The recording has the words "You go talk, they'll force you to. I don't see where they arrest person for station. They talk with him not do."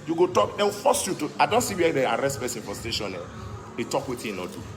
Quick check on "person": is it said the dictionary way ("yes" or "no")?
no